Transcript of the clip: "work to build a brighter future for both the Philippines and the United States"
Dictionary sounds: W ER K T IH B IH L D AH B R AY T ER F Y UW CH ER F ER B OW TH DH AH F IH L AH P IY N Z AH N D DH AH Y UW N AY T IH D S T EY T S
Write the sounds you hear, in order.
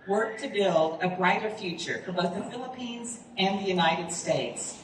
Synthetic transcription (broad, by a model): W ER K T IH B IH L D AH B R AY T ER F Y UW CH ER F ER B OW TH DH AH F IH L AH P IY N Z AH N DH AH Y UW N AY T IH D S T EY T S